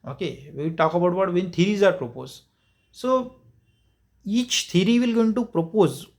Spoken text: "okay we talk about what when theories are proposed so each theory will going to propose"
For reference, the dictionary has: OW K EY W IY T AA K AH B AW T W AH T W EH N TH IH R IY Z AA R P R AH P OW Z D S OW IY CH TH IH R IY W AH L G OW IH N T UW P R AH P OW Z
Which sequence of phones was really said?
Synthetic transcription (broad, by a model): OW K EY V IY T AA K AH B AW T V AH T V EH N T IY R IY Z AA R P R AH P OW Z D S OW IY CH T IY R IY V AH L G OW IH N T UW P R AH P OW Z